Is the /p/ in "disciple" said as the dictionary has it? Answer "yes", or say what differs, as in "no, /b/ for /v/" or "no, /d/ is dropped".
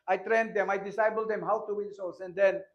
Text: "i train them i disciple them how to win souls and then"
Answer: no, /b/ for /p/